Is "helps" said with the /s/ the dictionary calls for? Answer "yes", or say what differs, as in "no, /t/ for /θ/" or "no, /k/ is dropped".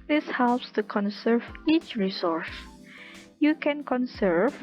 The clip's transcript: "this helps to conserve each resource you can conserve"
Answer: yes